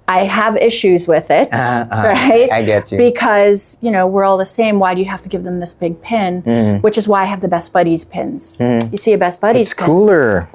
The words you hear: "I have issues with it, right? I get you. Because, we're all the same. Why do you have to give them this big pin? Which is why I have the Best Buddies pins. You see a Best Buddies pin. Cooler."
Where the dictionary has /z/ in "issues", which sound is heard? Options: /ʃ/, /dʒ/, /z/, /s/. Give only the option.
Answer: /z/